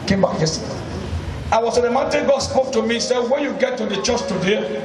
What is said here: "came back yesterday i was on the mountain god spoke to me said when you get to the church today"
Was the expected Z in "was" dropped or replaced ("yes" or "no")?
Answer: yes